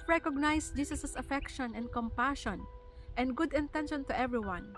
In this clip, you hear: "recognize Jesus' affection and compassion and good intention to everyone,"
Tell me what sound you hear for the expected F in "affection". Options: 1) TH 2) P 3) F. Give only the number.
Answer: 3